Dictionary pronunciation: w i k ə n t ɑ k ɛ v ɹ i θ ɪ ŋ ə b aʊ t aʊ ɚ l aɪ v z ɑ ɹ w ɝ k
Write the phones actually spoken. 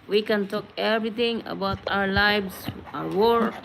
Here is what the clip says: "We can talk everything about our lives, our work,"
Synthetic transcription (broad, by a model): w i k ə n t ɑ k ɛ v ɹ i t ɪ ŋ ə b aʊ t aʊ ɚ l aɪ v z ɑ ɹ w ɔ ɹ